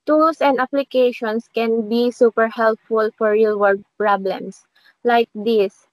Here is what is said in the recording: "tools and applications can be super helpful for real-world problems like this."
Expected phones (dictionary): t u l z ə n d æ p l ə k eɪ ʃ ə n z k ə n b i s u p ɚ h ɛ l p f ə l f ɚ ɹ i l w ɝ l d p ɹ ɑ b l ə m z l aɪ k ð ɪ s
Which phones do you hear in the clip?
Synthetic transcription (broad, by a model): t u l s ə n d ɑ p l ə k eɪ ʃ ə n s k ə n b i s u p ɚ h ɛ l p f ə l f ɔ ɹ i l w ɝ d p ɹ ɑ b l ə m s l aɪ k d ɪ s